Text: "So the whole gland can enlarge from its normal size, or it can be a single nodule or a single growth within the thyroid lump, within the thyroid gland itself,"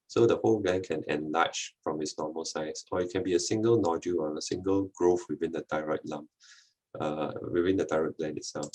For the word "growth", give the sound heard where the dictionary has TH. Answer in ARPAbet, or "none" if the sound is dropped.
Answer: F